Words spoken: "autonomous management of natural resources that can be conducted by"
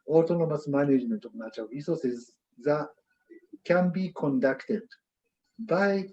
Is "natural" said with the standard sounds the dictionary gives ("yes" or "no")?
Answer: no